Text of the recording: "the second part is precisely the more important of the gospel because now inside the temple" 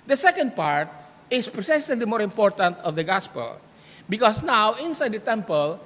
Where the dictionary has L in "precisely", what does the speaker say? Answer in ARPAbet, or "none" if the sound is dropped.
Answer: none